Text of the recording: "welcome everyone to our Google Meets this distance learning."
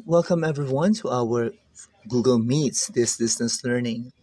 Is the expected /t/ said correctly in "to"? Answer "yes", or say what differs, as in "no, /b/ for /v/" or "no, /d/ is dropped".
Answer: yes